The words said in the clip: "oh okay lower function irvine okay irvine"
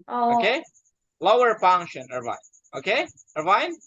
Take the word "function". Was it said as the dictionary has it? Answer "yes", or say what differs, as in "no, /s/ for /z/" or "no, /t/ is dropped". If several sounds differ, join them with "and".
no, /p/ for /f/